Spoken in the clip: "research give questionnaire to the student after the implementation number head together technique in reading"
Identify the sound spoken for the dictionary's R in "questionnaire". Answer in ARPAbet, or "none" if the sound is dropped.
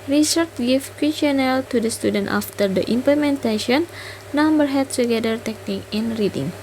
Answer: L